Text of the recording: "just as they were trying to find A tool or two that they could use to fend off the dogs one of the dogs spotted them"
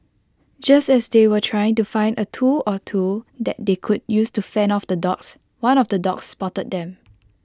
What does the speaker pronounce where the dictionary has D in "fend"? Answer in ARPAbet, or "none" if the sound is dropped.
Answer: none